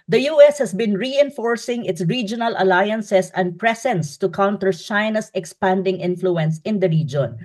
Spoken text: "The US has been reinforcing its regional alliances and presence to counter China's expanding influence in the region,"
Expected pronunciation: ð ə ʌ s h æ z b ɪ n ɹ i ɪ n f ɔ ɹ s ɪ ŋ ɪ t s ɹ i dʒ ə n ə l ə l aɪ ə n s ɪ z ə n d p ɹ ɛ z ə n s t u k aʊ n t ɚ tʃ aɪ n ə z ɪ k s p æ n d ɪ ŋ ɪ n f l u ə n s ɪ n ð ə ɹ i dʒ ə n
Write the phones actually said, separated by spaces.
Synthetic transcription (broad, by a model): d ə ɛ s h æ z b ɪ n ɹ i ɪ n f ɔ ɹ s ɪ ŋ ɪ t s ɹ i dʒ ə n ə l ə l aɪ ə n s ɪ s ə n d p ɹ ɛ s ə n s t u k aʊ n t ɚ tʃ aɪ n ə s ɪ k s p æ n d ɪ ŋ ɪ n f l u ə n s ɪ n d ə ɹ i dʒ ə n